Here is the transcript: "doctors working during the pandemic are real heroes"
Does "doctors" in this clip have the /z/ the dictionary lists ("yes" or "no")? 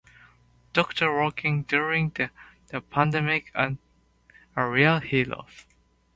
no